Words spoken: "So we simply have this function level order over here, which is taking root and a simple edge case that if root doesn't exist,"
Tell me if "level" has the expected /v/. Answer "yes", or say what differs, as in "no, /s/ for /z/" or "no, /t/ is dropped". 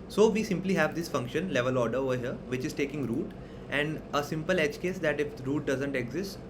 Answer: yes